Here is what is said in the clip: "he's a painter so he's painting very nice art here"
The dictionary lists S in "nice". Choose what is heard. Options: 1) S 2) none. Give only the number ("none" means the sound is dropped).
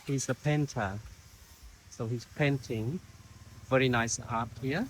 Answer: 1